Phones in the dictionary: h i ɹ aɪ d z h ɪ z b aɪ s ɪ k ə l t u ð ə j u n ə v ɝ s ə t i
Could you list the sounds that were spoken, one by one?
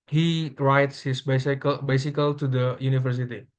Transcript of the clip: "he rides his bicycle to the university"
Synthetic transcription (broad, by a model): h i ɹ aɪ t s h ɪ s b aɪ s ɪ k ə l t u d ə j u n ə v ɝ s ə t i